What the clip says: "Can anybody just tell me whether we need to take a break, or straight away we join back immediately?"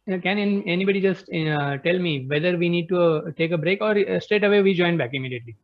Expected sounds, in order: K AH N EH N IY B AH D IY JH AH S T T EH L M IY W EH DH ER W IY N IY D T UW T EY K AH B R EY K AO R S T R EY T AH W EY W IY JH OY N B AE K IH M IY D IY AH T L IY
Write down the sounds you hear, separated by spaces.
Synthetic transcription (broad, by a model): K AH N EH N IY B AH D IY JH AH S T T EH L M IY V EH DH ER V IY N IY D T UW T EY K AH B R EY K AO R S T EY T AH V EY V IY JH OY N B AE K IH M IY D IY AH T L IY